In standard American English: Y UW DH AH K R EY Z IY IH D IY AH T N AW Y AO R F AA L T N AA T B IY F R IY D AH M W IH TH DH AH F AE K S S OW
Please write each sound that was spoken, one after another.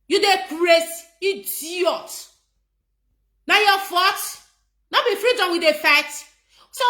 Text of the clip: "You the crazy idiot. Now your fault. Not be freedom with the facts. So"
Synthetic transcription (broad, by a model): Y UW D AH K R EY S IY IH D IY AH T N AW Y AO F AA T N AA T B IY F R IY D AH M W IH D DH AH F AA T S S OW